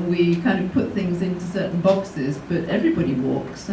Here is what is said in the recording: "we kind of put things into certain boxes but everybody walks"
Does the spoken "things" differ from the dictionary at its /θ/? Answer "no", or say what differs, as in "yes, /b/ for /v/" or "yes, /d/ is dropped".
no